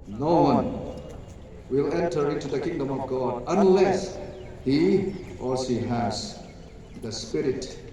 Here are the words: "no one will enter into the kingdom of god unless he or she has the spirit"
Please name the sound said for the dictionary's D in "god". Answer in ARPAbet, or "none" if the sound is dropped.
D